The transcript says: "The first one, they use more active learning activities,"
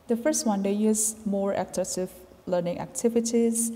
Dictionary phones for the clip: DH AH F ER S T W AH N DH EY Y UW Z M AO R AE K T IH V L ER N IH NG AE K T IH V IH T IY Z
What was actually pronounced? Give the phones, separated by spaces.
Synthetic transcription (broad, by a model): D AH F ER S T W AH N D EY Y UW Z M AO R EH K S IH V L ER N IH NG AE K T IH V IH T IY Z